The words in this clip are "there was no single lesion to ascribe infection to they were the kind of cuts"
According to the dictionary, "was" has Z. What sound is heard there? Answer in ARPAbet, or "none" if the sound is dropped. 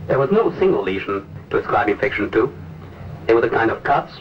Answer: Z